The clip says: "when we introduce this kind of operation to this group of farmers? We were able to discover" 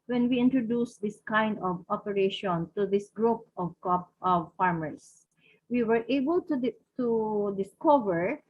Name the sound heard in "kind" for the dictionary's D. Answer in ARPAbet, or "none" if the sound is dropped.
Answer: D